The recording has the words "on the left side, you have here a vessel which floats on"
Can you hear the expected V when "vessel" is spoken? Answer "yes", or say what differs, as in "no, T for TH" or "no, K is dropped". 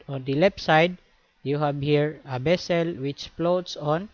no, B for V